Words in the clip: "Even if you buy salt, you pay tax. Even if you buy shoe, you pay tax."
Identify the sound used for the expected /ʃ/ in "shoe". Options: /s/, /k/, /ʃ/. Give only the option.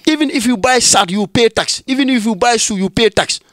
/s/